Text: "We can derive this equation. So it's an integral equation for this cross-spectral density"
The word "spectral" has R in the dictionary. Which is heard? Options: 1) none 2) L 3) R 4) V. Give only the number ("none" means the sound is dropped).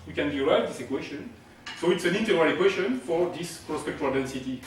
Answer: 1